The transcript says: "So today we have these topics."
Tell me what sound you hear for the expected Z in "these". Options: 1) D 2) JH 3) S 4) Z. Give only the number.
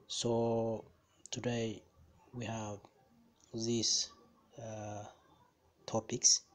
3